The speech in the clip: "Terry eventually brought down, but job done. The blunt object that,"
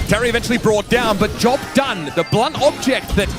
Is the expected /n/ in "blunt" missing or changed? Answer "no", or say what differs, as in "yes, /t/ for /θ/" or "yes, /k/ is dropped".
no